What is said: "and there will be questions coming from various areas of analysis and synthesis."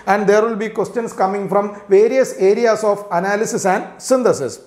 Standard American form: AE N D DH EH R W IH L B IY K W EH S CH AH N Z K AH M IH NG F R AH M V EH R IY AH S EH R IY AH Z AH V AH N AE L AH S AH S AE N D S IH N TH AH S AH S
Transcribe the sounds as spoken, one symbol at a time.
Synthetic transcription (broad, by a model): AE N D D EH R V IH L B IY K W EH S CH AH N S K AH M IH NG F R AH M V EH R IY AH S EH R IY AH S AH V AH N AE L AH S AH S AE N D S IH N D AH S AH S